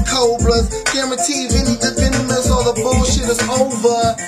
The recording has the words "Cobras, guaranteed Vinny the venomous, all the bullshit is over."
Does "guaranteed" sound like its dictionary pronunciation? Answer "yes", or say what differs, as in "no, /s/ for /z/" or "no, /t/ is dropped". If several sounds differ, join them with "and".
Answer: no, /n/ is dropped